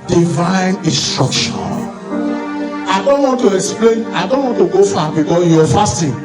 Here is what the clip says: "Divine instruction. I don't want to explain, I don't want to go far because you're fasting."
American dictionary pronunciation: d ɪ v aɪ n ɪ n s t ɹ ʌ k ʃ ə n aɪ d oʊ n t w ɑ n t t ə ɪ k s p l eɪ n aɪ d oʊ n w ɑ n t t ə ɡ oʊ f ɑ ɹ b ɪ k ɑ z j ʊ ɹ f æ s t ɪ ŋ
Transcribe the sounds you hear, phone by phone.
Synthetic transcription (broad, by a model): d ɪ v aɪ n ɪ n s t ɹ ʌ k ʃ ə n aɪ d oʊ n t w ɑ n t t ə ɪ k s p l eɪ n aɪ d oʊ n w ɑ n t t ə ɡ oʊ f ɑ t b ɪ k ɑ j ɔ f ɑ s t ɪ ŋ